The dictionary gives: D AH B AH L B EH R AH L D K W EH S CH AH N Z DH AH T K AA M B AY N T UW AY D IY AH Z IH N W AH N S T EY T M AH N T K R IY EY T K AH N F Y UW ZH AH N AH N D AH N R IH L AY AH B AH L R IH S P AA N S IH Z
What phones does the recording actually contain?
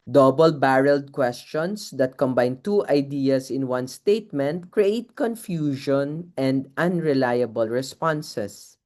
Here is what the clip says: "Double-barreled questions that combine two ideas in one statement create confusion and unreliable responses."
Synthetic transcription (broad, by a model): D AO B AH L B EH R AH L D K W EH S CH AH N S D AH T K AA M B AY N T UW AY D IY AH S IH N W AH N S T EY T M AH N T K R IY EY T K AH N F Y UW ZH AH N AH N D AH N R IH L AY AH B AH L R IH S P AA N S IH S